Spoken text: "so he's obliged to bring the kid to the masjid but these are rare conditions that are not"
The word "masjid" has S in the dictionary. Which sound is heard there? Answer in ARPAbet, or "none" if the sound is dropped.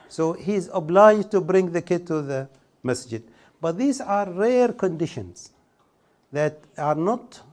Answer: S